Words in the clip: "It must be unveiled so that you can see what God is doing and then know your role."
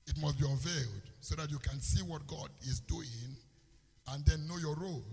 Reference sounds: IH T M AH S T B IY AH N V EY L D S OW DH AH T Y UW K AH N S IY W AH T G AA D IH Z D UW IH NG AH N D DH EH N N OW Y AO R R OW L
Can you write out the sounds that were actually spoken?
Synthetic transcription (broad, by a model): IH T M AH S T B IY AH V EY L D S OW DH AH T Y UW K AH N S IY W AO T G AA D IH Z D UW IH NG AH N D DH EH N N OW Y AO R R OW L